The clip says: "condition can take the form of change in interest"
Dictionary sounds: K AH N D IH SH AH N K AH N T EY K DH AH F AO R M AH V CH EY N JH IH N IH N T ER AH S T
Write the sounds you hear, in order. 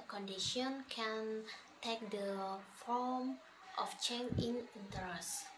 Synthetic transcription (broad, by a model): K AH N D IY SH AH N K AH N T EY K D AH F AO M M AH F CH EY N IH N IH N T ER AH S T